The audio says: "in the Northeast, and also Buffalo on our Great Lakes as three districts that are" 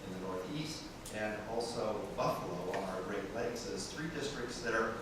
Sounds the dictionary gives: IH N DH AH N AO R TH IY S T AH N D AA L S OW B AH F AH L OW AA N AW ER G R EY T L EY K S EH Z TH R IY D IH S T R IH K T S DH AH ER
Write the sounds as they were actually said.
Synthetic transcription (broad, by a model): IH N DH AH N AO R TH IY S T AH N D AA L S OW B AH F AH L OW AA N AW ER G R EY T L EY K S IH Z TH R IY D IH S T R IH K T S DH AH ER